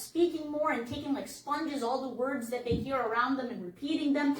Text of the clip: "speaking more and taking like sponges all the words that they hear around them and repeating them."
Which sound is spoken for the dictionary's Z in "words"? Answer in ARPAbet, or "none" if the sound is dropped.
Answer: Z